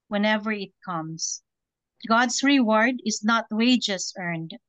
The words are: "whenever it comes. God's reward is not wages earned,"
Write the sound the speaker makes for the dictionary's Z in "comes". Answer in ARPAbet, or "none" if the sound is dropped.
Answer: S